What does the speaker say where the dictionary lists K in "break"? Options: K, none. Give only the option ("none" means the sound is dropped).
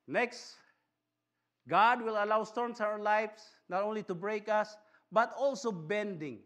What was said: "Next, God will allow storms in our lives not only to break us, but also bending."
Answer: K